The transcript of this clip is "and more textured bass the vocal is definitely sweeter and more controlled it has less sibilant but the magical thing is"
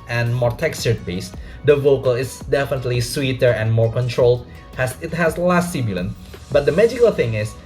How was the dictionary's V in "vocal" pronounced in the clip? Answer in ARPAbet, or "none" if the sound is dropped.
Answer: V